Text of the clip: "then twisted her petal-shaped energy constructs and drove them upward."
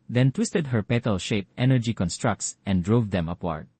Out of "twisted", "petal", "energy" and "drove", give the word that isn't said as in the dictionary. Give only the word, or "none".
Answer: none